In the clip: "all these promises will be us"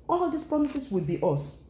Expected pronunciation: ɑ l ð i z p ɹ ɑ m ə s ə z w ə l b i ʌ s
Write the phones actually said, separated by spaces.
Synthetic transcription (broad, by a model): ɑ l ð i s p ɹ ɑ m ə s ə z w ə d b i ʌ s